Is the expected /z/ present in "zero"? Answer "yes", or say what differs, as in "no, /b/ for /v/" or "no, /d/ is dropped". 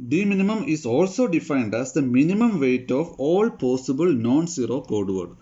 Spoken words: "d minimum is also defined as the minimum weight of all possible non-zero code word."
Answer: no, /s/ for /z/